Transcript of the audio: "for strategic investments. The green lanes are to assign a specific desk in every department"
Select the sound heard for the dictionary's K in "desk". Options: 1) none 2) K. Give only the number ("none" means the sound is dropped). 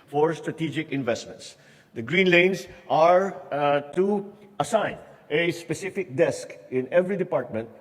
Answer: 2